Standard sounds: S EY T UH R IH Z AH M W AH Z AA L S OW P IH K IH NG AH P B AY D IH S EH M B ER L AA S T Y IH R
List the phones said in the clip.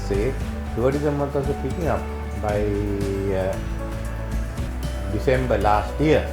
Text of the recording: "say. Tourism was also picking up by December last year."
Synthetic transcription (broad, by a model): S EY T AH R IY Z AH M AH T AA S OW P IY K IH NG AH P B AY D IH S EH M B ER L AA S T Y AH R